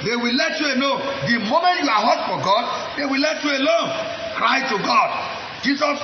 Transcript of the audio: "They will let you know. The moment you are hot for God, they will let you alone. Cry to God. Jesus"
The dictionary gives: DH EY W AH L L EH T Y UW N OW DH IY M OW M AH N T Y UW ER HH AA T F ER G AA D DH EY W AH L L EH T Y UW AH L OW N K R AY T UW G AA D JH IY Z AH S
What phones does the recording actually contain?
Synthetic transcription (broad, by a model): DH EY W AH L L EH T Y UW L OW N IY M OW M AH N T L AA HH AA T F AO G AA D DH EY W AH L L EH T Y UW AH L OW N K R AY T UW G AA D JH IY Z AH S